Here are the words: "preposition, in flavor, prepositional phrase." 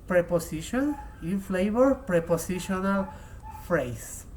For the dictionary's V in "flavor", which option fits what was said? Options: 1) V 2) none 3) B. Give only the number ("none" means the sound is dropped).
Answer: 3